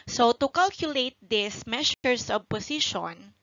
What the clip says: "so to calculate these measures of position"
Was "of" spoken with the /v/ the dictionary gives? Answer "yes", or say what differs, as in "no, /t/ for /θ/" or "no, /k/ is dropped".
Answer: no, /b/ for /v/